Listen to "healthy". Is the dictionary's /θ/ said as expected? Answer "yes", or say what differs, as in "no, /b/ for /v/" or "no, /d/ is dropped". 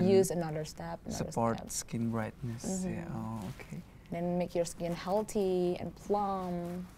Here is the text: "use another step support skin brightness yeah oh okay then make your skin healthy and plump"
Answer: no, /t/ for /θ/